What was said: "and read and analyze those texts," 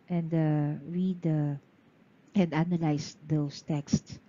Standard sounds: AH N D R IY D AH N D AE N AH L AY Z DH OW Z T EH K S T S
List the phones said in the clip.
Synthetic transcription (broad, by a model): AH N D R IY D AH N D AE N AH L AY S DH OW S T EH K S T S